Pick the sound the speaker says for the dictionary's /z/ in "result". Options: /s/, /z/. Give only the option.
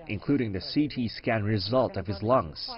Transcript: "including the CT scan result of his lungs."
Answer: /z/